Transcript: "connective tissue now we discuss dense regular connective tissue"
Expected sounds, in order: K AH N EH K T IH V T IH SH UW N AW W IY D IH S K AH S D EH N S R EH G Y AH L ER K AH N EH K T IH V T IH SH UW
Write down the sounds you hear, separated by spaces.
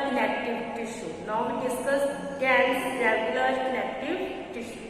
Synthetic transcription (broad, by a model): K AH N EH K T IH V T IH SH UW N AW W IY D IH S AH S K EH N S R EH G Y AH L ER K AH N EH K T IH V T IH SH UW